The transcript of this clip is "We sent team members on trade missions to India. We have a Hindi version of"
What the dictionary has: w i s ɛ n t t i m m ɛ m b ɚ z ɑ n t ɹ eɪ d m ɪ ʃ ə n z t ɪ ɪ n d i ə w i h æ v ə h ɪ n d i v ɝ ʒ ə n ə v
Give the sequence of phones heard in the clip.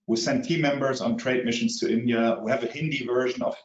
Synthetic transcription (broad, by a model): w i s ɛ n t t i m m ɛ m b ɚ z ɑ n t ɹ eɪ d m ɪ ʃ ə n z t ɪ ɪ n d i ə w i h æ v ə h ɪ n d i v ɝ ʒ ə n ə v